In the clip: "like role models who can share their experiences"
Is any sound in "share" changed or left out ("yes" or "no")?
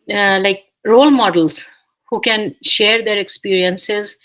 no